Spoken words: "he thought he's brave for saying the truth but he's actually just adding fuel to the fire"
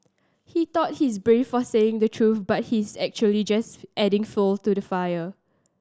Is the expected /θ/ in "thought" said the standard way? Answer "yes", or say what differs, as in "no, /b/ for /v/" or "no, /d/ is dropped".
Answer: no, /t/ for /θ/